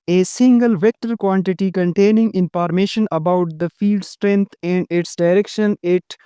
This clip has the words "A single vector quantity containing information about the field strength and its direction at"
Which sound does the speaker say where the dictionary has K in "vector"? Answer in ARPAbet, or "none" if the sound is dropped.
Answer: K